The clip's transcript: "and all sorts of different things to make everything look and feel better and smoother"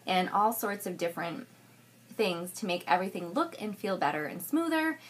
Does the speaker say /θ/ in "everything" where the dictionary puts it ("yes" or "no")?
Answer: yes